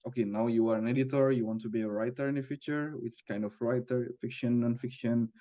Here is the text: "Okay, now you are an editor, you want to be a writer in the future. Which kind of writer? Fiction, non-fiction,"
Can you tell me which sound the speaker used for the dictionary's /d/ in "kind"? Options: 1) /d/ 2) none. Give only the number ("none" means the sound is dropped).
1